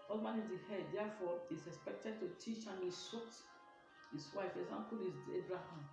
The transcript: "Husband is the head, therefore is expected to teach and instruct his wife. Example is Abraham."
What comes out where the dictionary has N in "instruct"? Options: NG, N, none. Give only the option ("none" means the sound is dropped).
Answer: none